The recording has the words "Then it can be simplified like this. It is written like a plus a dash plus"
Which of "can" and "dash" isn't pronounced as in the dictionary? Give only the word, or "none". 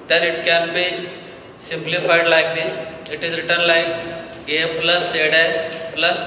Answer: dash